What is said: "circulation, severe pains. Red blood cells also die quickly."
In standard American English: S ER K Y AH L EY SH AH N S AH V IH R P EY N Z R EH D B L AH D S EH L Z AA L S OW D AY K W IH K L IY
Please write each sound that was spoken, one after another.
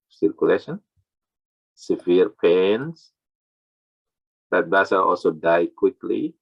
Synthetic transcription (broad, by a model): S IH K Y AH L EY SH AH N S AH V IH R P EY N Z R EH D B AA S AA AA L S OW D AY K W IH K L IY